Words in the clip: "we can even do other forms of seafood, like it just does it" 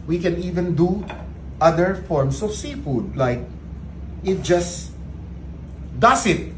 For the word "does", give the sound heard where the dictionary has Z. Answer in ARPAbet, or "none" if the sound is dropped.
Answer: S